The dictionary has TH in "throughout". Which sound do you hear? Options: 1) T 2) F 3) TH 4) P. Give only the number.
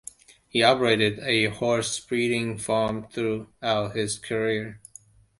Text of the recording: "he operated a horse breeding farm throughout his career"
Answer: 3